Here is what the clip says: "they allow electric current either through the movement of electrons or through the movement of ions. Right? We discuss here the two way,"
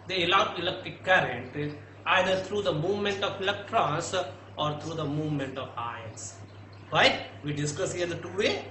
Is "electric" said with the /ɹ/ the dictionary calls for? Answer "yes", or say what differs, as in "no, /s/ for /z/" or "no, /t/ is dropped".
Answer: no, /ɹ/ is dropped